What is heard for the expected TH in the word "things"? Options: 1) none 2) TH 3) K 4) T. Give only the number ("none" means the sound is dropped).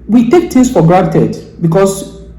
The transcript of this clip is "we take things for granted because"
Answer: 4